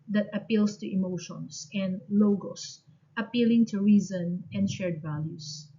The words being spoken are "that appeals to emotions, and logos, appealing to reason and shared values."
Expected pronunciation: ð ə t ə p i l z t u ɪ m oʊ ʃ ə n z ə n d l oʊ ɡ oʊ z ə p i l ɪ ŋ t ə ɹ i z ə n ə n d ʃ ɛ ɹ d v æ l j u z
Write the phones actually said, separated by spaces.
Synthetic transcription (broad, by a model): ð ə t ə p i l s t u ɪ m oʊ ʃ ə n s ə n d l oʊ ɡ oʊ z ə p i l ɪ ŋ t ə ɹ i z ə n ə n d ʃ ɛ ɹ d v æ l j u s